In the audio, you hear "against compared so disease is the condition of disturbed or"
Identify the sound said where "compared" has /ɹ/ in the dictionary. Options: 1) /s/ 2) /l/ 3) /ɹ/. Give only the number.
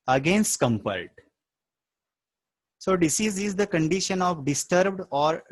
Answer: 2